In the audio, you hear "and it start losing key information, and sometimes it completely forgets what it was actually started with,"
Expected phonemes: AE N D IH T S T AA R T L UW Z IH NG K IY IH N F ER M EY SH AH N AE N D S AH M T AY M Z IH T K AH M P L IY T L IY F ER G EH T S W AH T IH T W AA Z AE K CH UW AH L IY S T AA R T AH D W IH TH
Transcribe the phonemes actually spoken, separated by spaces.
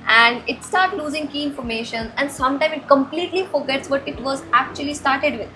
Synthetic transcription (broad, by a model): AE N D IH T S T AA R T L UW Z IH NG K IY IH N F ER M EY SH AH N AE N D S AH M T AY M IH T K AH M P L IY T L IY F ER G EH T S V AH T IH T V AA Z AE K CH UW AH L IY S T AA R T AH D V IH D